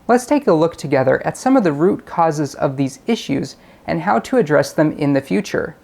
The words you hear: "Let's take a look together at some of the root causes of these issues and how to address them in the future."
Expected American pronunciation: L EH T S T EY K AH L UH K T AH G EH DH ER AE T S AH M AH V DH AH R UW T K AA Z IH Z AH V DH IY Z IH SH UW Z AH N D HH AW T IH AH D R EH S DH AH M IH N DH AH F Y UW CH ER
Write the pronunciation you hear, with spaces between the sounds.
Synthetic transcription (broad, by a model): L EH T S T EY K AH L UH K T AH G EH DH ER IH T S AH M AH V DH AH R UW T K AA Z IH Z AH V DH IY Z IH SH UW Z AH N HH AW T IH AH D R EH S DH AH M IH N DH AH F Y UW CH ER